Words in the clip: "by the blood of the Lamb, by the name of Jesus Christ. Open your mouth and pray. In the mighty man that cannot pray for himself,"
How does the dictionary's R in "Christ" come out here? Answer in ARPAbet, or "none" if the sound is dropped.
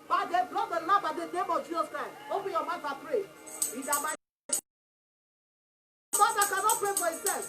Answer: none